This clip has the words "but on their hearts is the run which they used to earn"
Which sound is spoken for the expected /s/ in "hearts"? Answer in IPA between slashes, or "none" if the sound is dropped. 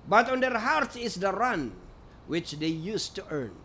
none